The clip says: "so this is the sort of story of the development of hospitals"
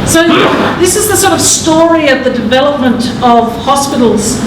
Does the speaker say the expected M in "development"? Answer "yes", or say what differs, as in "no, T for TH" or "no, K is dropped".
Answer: yes